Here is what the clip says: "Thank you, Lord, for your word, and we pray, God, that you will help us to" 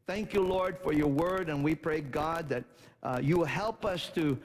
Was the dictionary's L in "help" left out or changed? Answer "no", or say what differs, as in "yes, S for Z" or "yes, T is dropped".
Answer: no